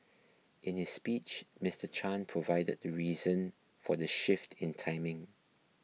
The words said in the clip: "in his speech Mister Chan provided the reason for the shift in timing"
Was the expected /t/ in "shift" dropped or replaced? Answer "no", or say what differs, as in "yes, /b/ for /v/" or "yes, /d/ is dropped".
no